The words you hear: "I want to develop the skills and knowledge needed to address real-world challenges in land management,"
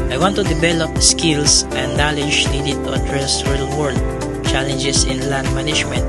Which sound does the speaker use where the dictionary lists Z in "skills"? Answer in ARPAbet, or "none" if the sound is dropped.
S